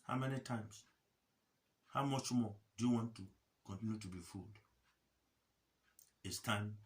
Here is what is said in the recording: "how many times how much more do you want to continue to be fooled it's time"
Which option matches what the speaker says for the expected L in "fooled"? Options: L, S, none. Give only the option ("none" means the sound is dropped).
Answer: L